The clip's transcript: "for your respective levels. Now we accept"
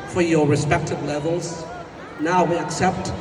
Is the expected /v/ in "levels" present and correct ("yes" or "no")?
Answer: yes